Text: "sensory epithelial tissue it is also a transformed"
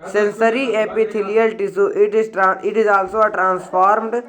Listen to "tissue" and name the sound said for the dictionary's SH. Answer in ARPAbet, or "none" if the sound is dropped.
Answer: S